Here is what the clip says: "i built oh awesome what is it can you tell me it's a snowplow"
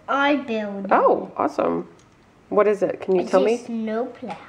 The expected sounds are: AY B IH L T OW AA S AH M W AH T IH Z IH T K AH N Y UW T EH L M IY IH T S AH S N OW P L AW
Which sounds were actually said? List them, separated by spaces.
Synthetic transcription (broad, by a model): AY B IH L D OW AA S AH M W AH T IH Z IH T K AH N Y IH T EH L M IY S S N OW P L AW